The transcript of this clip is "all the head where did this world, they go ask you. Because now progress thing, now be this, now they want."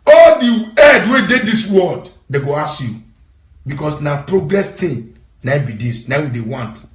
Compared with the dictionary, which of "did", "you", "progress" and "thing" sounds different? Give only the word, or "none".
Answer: thing